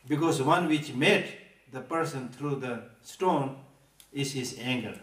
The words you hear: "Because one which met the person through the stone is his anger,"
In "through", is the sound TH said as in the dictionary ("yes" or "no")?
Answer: no